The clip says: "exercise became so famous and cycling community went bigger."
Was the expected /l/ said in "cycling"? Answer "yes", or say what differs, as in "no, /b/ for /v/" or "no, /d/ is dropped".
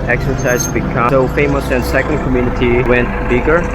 no, /l/ is dropped